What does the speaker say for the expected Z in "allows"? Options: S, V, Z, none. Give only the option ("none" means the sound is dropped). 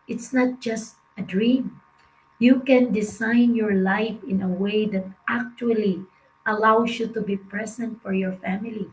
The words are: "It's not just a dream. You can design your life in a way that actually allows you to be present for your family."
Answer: S